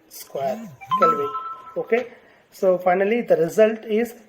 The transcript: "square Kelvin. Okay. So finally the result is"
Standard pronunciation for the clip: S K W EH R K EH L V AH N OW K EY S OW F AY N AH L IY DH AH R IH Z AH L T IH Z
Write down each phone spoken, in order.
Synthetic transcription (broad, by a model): S K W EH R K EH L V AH OW K EY S OW F AY N AH L IY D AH R IH Z AH L T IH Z